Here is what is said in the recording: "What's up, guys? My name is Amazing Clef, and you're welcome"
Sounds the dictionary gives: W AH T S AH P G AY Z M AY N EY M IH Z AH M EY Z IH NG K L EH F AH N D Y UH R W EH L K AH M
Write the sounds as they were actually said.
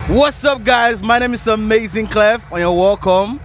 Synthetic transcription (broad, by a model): W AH T S AH P G AY Z M AY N EY M IH Z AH M EY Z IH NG K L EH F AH N Y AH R W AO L K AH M